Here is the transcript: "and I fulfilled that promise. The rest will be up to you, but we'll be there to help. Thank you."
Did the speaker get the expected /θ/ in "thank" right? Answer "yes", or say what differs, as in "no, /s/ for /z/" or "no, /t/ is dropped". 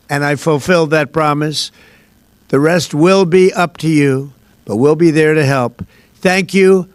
yes